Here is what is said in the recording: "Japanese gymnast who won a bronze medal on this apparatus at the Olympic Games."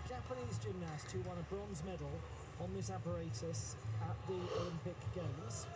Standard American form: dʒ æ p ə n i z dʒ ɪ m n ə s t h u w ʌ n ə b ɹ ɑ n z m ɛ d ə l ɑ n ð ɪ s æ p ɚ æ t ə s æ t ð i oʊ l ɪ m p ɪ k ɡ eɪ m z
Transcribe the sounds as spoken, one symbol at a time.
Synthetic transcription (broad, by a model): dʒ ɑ p ə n i z dʒ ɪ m n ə s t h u w ʌ n ə b ɹ ɑ n z m ɛ d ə l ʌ n ð ɪ s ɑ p ɚ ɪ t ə s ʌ t ð i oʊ l ɪ m p ɪ k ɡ eɪ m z